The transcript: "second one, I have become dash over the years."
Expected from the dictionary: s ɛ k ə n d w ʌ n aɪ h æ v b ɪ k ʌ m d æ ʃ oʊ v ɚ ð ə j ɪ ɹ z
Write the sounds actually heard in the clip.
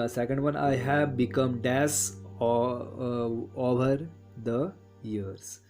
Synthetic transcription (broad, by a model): s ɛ k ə n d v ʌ n aɪ h æ v b ɪ k ʌ m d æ s oʊ v ɚ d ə j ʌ ɹ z